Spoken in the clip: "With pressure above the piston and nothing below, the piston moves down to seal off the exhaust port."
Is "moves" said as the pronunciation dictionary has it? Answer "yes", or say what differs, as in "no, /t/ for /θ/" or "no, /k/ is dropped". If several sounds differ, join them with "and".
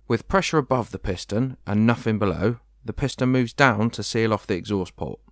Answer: yes